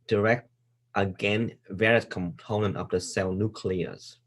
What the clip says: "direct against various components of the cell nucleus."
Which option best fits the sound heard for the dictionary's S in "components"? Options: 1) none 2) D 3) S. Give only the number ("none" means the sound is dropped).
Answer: 1